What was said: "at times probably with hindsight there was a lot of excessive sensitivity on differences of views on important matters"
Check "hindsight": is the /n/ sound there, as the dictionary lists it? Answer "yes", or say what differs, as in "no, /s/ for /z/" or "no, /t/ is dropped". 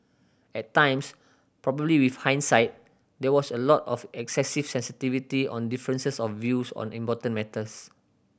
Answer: yes